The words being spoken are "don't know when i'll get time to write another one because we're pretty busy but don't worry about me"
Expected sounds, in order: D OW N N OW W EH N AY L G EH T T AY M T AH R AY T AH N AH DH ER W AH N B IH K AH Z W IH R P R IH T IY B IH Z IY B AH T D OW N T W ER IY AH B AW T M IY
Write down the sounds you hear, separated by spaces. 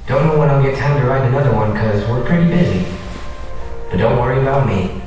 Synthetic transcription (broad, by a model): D OW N N OW W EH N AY G EH T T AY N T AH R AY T AH N AH DH ER W AH N K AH Z W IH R P R IH T IY B IH Z IY B AH T D OW N T W ER IY AH B AW T M IY